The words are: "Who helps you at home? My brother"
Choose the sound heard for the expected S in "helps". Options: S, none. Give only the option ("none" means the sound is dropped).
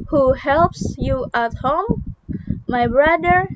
S